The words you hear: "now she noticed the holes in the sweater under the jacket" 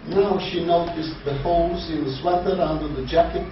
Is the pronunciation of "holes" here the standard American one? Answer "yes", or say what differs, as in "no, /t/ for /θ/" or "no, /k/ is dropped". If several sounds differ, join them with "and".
no, /l/ is dropped